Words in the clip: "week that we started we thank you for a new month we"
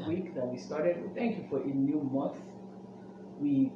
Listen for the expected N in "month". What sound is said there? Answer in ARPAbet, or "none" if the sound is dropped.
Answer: N